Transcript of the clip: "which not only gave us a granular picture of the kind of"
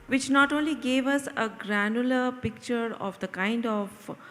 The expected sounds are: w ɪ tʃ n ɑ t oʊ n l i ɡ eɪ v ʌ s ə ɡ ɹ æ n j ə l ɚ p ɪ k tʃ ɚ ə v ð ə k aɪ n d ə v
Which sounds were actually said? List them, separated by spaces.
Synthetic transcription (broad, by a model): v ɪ tʃ n ɑ t oʊ n l i ɡ eɪ v ʌ s ə ɡ ɹ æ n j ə l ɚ p ɪ k tʃ ɚ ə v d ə k aɪ n d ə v